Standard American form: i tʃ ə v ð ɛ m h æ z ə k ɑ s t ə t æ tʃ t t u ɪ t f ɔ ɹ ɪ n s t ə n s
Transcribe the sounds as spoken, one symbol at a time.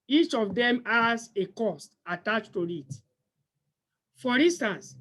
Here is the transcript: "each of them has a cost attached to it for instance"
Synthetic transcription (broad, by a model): i tʃ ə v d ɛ m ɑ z ə k ɑ s t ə t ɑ tʃ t t u ɪ t f ɔ ɹ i n s t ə n s